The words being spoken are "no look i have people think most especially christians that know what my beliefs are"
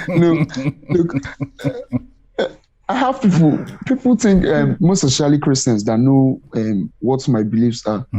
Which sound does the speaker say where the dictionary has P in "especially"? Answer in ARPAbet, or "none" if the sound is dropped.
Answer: none